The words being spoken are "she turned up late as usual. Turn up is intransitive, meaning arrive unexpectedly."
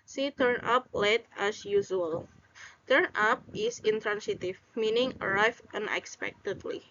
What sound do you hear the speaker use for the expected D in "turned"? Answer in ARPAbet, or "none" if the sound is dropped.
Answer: none